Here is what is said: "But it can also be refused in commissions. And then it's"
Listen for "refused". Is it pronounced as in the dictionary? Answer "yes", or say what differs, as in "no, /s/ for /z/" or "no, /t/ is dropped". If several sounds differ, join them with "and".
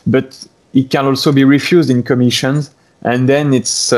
yes